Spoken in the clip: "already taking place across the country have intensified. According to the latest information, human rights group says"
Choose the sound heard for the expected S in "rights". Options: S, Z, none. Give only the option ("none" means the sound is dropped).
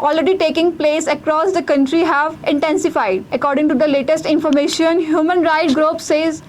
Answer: none